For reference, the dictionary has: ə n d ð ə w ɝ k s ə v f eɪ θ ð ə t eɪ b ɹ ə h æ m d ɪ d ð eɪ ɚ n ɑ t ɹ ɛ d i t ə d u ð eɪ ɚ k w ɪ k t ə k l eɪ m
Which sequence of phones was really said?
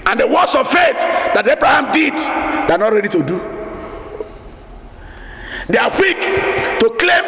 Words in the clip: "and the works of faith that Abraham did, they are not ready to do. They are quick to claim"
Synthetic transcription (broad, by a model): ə n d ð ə w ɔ s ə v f eɪ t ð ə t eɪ b ɹ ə h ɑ m d ɪ d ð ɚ n ɑ t ɹ ɛ d i t ə d u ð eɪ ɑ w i k t ə k l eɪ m